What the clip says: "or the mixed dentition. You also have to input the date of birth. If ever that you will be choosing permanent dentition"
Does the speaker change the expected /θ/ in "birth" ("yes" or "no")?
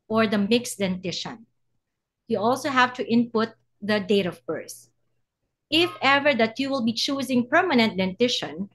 yes